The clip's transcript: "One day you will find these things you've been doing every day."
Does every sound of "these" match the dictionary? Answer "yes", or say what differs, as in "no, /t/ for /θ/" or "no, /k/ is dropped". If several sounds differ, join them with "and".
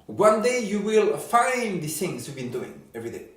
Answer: no, /z/ is dropped